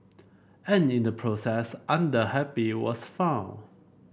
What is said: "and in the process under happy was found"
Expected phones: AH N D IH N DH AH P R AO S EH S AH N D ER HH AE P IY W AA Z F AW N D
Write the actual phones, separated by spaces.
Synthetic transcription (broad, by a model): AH N IH N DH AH P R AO S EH S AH N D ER HH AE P IY W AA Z F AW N